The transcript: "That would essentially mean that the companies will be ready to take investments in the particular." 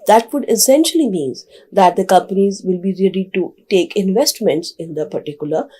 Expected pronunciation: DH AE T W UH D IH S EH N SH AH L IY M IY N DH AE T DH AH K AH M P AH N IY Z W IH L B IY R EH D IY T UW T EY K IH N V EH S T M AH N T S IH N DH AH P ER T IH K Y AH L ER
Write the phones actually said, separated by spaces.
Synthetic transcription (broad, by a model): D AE T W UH D IH S EH N SH AH L IY M IY N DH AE T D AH K AH M P AH N IY Z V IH L B IY R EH D IY T UW T EY K IH N V EH S T M AH N T S IH N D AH P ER T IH K Y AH L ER